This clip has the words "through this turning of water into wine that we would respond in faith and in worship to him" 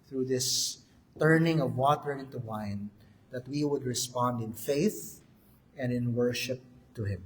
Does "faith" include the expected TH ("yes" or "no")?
yes